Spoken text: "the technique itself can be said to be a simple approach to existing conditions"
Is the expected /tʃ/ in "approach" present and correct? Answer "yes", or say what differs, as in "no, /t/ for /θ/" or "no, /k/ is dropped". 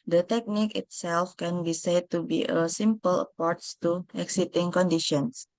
no, /s/ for /tʃ/